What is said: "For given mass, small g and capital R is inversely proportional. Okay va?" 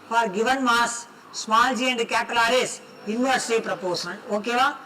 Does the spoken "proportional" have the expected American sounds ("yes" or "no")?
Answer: no